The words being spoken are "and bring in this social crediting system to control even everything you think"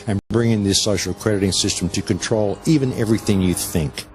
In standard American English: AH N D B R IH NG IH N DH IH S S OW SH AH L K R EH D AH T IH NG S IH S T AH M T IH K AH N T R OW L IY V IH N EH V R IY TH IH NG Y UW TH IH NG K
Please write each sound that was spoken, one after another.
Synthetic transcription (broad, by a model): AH N B R IH NG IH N DH IH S S OW SH L K R EH D AH T IH NG S IH S T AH M T IH K AH N T R OW L IY V IH N EH V R IY TH IH NG Y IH TH IH NG K